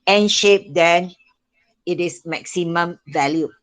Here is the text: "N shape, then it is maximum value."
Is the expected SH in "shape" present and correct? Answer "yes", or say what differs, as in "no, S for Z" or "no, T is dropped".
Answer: yes